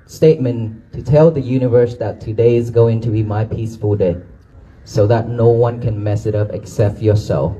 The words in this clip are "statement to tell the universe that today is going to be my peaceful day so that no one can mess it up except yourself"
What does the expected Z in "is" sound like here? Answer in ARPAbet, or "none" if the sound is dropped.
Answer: Z